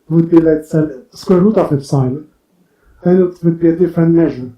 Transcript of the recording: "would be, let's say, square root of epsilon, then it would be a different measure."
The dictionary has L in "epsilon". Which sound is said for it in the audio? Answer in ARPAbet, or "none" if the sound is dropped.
none